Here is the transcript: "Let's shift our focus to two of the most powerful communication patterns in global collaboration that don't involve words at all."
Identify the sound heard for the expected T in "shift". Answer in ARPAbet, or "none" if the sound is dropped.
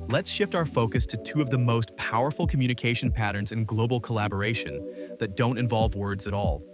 T